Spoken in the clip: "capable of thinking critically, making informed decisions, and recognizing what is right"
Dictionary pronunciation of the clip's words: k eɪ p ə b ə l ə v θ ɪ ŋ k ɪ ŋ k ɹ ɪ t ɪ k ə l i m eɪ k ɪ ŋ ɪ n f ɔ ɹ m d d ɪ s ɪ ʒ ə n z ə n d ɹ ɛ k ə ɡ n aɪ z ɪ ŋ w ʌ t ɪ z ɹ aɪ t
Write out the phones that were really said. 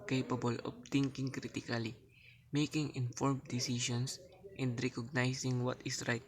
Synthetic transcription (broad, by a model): k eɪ p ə b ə l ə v t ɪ ŋ k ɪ ŋ k ɹ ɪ t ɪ k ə l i m eɪ k ɪ ŋ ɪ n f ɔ ɹ m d d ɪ s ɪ ʃ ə n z ə n d ɹ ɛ k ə ɡ n aɪ s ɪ ŋ w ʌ t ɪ s ɹ aɪ t